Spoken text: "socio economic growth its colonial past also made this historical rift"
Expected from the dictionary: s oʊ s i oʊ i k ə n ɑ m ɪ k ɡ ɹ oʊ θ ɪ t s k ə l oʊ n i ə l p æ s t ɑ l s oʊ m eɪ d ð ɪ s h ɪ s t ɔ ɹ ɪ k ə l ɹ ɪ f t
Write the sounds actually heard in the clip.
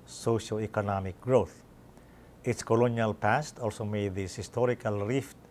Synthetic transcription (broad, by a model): s oʊ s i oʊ i k ə n ɑ m ɪ k ɡ ɹ oʊ θ ɪ t s k ə l oʊ n i ə l p æ s t ɑ l s oʊ m eɪ d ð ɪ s h ɪ s t ɔ ɹ ɪ k ə l ɹ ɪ f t